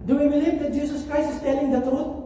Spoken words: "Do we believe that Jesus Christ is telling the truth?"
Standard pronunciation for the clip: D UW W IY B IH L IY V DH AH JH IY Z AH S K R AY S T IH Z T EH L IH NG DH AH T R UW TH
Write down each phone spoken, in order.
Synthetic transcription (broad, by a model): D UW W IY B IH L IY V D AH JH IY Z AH S K R AY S IH S T EH L IH NG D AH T R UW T